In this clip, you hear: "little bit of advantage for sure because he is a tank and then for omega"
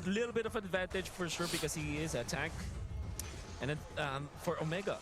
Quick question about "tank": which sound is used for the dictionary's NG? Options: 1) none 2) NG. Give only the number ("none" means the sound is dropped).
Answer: 1